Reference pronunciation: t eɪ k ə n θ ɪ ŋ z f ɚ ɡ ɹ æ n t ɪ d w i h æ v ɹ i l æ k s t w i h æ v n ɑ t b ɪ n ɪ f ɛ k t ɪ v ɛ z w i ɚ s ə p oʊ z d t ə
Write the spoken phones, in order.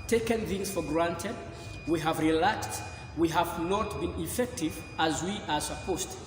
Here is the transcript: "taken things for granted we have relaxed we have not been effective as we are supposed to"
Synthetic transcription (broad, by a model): t eɪ k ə n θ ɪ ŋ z f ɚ ɡ ɹ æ n t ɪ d w i h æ v ɹ i l æ k s t w i h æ v n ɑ t b ɪ n ɪ f ɛ k t ɪ v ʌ z w i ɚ s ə p oʊ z t